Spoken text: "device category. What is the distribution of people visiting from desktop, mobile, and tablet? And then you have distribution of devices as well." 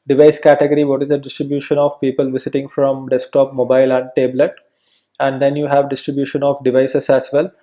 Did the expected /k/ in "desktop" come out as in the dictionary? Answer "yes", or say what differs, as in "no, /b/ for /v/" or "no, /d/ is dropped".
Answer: yes